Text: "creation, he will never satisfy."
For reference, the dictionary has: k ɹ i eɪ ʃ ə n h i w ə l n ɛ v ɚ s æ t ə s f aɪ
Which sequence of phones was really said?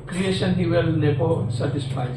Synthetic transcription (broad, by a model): k ɹ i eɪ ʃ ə n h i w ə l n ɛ p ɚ s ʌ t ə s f aɪ